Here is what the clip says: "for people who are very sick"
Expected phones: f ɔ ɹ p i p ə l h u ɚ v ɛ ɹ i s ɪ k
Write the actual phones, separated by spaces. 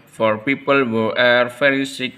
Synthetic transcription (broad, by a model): f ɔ ɹ p i p ə l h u ɚ f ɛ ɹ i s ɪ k